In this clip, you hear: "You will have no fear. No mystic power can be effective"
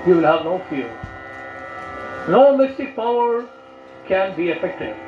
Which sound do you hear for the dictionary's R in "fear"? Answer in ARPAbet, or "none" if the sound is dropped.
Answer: L